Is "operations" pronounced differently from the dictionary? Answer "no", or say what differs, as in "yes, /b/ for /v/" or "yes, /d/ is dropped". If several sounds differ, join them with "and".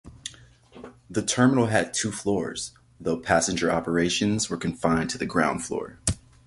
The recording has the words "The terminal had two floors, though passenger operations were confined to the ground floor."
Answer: no